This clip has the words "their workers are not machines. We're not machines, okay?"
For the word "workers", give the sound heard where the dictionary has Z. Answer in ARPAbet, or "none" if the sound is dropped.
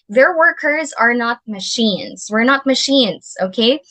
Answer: Z